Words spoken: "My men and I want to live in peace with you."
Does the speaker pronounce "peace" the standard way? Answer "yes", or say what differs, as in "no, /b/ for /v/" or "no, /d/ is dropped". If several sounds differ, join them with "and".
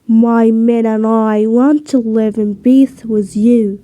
no, /b/ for /p/ and /θ/ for /s/